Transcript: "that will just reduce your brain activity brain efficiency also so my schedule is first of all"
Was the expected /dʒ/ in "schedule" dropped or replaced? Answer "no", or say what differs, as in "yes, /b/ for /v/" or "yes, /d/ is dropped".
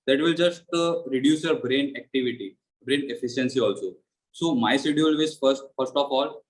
yes, /dʒ/ is dropped